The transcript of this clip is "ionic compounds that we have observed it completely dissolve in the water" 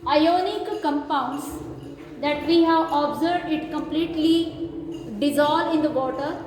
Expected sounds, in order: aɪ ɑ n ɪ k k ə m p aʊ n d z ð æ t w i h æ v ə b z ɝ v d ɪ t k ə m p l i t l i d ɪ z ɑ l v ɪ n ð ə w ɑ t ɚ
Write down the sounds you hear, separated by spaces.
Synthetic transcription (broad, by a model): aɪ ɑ n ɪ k k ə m p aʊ n d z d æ t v i h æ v ə b z ɝ v d ɪ t k ə m p l i t l i d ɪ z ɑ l ɪ n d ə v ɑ t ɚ